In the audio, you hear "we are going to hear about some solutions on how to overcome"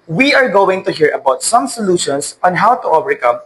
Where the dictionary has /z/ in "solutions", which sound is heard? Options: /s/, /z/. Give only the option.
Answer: /s/